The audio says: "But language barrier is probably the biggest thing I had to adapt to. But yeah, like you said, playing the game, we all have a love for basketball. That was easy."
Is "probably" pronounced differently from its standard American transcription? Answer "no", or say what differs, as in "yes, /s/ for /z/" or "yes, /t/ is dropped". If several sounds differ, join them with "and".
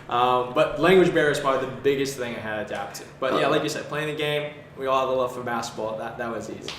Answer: yes, /ɹ/ is dropped